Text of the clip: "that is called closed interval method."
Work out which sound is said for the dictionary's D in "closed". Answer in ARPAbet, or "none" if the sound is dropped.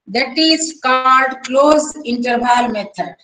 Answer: none